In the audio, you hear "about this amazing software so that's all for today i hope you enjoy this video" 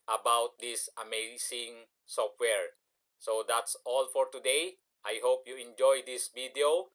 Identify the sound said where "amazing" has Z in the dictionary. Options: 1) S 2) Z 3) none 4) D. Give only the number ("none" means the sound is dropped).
1